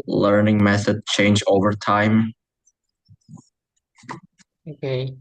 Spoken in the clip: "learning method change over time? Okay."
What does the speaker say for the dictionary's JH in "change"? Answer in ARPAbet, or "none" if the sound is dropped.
JH